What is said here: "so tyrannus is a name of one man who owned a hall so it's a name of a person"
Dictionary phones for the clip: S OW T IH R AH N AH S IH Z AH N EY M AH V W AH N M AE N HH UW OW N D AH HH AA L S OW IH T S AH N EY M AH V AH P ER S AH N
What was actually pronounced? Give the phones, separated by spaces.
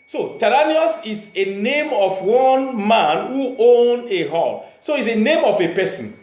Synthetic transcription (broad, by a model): S OW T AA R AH N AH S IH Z AH N EY M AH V W AH N M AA N HH UW OW N AH HH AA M S OW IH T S AH N EY M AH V AH P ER S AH N